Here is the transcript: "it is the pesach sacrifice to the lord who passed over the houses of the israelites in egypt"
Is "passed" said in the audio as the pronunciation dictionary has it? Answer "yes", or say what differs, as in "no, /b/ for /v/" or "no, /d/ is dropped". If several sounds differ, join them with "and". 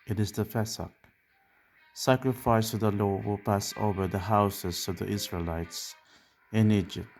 no, /t/ is dropped